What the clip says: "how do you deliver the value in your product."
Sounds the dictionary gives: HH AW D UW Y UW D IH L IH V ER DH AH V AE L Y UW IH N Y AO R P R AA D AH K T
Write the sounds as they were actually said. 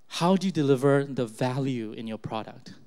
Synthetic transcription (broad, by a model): HH AW D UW Y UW D IH L IH V ER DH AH V AE L Y UW IH N Y AO R P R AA D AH K T